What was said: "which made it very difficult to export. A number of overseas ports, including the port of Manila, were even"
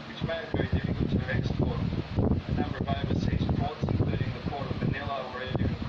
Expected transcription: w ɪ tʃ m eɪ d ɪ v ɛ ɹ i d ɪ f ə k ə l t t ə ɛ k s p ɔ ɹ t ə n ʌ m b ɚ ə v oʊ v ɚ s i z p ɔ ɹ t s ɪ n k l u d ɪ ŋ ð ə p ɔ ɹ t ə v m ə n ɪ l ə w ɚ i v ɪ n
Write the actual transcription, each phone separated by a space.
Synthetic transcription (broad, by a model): w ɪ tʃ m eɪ ɪ v ɛ ɹ i d ɪ f ə k ə l t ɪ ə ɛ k s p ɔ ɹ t ə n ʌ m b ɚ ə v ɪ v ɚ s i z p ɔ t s ɪ n k l u d ɪ ŋ ð ə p ɔ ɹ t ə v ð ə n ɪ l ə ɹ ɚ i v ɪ